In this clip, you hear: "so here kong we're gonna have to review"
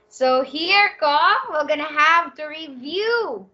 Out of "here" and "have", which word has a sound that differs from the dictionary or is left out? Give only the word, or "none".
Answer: none